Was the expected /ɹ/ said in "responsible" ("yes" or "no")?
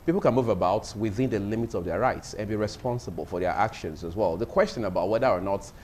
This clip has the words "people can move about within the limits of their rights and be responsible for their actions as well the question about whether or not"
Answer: yes